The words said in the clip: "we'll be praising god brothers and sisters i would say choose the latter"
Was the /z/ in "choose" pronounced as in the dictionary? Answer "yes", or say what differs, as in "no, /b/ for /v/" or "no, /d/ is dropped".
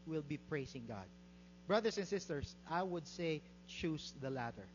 no, /s/ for /z/